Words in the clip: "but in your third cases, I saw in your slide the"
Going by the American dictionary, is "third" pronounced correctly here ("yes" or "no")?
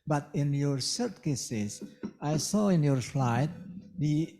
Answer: no